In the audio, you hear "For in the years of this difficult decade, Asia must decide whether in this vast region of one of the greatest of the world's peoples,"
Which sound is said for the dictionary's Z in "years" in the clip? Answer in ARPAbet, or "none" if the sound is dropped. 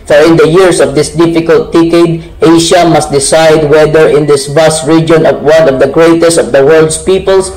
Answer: S